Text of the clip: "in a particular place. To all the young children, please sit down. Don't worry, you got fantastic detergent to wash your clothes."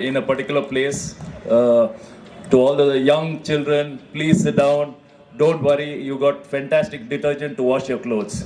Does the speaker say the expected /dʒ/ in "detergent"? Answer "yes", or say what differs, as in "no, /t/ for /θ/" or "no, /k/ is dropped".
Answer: yes